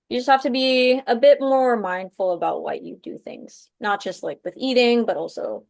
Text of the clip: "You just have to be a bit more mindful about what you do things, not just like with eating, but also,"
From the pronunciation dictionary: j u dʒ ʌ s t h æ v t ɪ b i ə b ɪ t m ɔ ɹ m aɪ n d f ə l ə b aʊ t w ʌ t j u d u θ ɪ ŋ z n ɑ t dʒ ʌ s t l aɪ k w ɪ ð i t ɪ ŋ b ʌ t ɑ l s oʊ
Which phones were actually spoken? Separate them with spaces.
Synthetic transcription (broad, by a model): j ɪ dʒ ʌ s t h æ f t ɪ b i ə b ɪ t m ɔ ɹ m aɪ n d f l ə b aʊ t w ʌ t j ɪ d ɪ θ ɪ ŋ z n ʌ t dʒ ʌ s t l aɪ k w ɪ ð i t ɪ ŋ b ʌ t ɑ l s oʊ